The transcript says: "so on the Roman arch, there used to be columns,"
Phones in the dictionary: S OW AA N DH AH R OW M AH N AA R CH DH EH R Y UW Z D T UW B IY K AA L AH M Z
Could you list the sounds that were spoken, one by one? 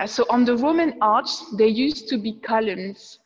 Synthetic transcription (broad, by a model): S OW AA N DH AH R OW M AH N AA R S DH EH Y UW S T UW B IY K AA L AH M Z